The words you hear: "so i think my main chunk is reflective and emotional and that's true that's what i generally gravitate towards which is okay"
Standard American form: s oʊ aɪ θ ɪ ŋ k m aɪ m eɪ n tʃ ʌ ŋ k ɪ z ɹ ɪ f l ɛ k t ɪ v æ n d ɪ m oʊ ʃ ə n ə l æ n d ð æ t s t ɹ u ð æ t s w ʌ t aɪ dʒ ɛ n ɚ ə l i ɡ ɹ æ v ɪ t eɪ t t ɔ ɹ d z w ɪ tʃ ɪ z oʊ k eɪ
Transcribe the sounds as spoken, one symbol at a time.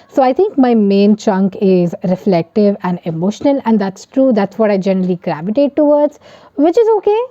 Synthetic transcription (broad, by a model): s oʊ aɪ t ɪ ŋ k m aɪ m eɪ n tʃ ʌ ŋ k ɪ z ɹ ɪ f l ɛ k t ɪ v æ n d ɪ m oʊ ʃ ə n ə l æ n d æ t s t ɹ u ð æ t s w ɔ t aɪ dʒ ɛ n ɚ ə l i ɡ ɹ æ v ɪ t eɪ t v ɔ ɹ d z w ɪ tʃ ɪ z oʊ k eɪ